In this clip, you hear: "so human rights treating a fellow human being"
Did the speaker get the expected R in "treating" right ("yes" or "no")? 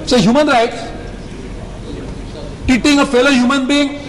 no